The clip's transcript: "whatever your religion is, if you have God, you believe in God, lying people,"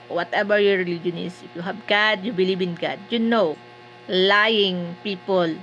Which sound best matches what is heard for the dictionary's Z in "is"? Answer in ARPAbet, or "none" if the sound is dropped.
S